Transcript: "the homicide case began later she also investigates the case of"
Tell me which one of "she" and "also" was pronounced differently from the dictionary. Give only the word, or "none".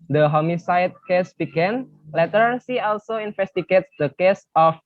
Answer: she